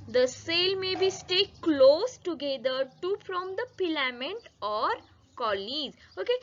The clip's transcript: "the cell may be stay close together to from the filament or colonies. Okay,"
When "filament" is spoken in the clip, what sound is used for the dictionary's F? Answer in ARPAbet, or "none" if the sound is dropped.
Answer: P